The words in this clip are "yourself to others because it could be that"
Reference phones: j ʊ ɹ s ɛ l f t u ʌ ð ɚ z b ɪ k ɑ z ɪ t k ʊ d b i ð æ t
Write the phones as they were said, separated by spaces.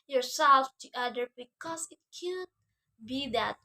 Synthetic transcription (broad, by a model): j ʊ ɹ s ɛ l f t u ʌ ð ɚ b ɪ k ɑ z ɪ t k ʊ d b i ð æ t